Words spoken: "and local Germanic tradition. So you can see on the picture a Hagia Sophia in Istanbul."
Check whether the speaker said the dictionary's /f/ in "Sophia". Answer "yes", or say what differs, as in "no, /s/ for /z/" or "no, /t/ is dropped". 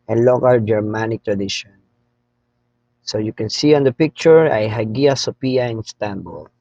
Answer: no, /p/ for /f/